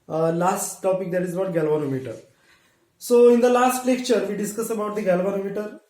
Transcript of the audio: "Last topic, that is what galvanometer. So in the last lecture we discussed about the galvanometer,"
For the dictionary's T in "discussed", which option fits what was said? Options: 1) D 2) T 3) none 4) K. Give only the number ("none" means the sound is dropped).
3